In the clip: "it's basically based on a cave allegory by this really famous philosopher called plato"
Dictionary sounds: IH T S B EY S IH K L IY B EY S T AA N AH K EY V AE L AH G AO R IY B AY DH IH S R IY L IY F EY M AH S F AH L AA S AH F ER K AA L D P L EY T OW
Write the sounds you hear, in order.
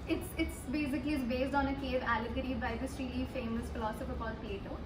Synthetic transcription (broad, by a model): IH T S B EY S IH K L IY B EY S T AA N AH K EY V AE L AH G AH R IY B AY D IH S R IY L IY F EY M AH S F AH L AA S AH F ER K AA D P L EY T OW